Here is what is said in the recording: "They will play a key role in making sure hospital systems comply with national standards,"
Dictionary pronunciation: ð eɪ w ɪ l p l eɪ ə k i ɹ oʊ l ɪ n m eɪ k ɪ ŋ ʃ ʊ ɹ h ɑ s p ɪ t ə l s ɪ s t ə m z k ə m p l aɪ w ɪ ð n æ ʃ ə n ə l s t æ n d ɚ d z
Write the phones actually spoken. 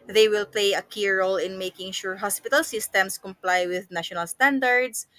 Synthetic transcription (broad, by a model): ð eɪ w ɪ l p l eɪ ə k i ɹ oʊ l ɪ n m eɪ k ɪ ŋ ʃ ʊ ɹ h ɑ s p ɪ t ə l s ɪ s t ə m s k ə m p l aɪ w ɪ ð n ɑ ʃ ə n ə l s t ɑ n d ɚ d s